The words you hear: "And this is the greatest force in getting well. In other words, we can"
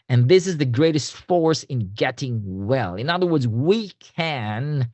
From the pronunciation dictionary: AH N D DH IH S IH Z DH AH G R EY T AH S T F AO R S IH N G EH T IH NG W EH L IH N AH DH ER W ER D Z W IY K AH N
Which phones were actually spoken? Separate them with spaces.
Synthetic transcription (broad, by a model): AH N DH IH S IH Z DH AH G R EY T AH S T F AO R S IH N G EH T IH NG W EH L IH N AH DH ER W ER D Z W IY K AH N